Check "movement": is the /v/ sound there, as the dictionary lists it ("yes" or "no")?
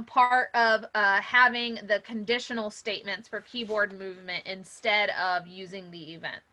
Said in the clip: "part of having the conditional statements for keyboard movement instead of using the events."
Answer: yes